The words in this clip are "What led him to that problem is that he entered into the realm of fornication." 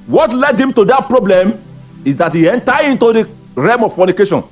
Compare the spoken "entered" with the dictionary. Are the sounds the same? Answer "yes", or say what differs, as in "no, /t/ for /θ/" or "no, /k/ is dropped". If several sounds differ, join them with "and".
no, /d/ is dropped